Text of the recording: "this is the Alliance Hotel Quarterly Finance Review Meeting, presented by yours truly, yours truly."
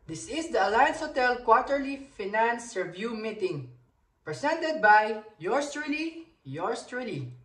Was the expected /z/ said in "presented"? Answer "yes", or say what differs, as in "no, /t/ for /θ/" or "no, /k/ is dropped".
no, /s/ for /z/